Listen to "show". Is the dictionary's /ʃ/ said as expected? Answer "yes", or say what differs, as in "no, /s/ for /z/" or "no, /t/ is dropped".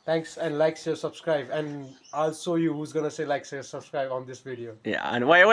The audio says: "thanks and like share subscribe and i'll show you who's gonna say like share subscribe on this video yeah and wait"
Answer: no, /s/ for /ʃ/